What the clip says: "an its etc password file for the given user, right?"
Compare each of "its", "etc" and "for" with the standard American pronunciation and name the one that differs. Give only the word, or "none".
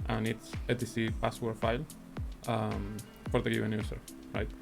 etc